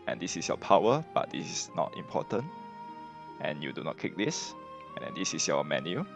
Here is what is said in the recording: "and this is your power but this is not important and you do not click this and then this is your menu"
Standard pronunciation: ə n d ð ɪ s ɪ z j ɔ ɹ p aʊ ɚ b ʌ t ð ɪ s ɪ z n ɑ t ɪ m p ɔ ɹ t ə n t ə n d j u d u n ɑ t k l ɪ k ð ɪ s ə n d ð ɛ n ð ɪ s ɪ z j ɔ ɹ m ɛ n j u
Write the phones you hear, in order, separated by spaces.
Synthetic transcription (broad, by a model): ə n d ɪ s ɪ s j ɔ p aʊ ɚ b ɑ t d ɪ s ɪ s n ɑ t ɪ m p ɔ t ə n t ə n j u d u n ɑ t k ɪ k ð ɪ s ə n d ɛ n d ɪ s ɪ s j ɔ m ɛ n j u